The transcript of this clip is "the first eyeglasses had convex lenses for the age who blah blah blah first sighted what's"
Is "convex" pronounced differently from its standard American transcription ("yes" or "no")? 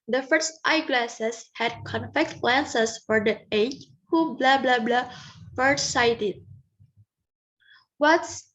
yes